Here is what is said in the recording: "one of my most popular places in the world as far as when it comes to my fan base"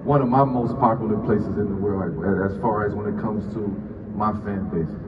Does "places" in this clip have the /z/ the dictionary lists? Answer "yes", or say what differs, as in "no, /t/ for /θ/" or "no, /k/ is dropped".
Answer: yes